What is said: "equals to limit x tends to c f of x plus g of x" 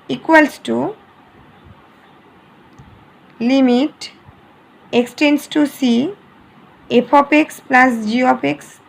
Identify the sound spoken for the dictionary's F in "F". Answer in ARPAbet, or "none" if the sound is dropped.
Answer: P